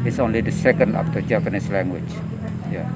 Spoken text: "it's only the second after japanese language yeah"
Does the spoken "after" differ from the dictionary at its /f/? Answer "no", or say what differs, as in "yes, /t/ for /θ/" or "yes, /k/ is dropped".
yes, /p/ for /f/